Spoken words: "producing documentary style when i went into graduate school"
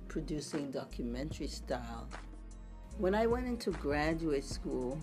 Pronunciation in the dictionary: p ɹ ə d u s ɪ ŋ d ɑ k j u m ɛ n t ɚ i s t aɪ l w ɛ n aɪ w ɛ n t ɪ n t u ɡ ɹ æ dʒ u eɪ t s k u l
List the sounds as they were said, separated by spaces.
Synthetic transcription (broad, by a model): p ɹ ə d u s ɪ ŋ d ɑ k j u m ɛ n t ɚ i s t aɪ l w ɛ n aɪ w ɛ n t ɪ n t u ɡ ɹ æ dʒ u eɪ t s k u l